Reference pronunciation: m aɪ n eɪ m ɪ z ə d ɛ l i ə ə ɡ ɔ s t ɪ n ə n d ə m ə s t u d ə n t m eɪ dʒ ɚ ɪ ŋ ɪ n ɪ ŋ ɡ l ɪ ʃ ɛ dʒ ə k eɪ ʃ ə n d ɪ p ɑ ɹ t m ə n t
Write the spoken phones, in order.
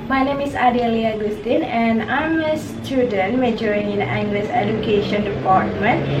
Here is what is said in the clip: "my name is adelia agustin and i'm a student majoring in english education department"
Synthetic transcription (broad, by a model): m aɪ n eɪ m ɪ s ə d ɛ l i ə ɡ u s t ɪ n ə n ə m ə s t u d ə n m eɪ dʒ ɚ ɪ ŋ ɪ n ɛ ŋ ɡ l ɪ s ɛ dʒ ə k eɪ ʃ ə n d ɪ p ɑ ɹ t m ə n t